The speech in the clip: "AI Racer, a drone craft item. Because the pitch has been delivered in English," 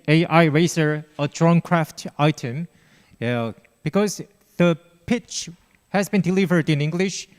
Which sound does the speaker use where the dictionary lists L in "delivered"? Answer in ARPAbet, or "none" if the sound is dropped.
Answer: L